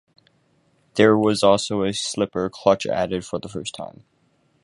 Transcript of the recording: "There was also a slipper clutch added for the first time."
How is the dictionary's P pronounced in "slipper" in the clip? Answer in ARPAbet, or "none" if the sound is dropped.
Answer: P